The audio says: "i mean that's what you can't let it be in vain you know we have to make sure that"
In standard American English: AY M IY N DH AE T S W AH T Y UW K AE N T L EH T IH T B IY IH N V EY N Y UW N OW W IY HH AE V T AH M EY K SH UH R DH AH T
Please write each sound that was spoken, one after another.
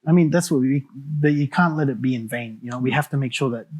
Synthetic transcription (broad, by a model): AY M IY N DH AE T S W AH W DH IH K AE N T L EH T IH T B IY IH N V EY N Y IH N OW W IY HH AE F T AH M EY K SH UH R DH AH T